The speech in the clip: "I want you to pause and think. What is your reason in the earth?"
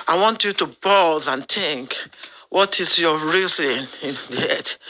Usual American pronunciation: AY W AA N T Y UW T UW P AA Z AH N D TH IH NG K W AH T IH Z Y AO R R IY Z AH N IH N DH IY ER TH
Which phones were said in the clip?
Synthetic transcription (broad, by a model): AY W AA N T Y UW T UW B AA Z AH N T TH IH NG K W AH T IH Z Y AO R R IY Z AH N IH N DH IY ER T